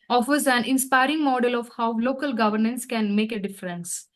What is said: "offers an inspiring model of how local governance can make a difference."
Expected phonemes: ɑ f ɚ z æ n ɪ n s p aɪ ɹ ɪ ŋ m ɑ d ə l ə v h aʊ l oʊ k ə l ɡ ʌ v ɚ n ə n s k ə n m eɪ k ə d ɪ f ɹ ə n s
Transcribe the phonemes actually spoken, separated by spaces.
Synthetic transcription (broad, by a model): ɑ f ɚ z æ n ɪ n s p aɪ ɹ ɪ ŋ m ɑ d ə l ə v h aʊ l oʊ k ə l ɡ ʌ v ɚ n ə n s k ə n m eɪ k ə d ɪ f ɹ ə n s